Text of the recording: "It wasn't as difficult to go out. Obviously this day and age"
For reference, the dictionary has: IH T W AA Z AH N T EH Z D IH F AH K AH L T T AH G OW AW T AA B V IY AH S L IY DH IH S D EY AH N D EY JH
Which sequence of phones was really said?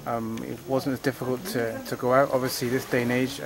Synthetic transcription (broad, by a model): IH T W AA Z AH N T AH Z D IH F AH K AH L T T AH G OW AW T AA B V IY AH S L IY DH IH S D EY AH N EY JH